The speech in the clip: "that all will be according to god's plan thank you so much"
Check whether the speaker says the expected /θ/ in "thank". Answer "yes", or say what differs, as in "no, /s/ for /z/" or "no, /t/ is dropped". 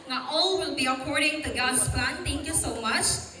no, /t/ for /θ/